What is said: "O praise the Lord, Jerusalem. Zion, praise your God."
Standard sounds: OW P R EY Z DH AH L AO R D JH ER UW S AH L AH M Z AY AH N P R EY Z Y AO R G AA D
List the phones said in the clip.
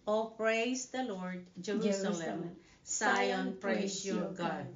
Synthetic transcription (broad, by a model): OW P R EY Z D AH L AO R D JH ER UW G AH AH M S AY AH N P R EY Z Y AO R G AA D